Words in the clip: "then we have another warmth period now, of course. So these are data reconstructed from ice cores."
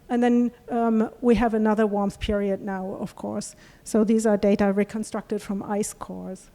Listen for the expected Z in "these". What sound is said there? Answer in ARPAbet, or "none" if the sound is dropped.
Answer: Z